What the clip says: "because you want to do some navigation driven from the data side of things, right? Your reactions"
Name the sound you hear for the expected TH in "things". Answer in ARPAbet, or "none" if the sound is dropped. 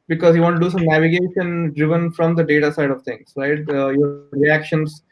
T